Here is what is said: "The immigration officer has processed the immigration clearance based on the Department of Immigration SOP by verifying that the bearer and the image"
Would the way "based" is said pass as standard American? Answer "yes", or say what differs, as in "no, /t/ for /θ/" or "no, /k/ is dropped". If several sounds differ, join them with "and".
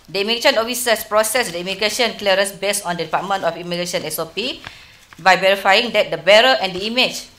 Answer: no, /t/ is dropped